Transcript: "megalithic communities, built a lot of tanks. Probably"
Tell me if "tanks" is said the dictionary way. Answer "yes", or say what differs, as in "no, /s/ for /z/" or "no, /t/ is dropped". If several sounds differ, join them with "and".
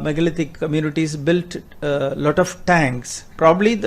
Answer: yes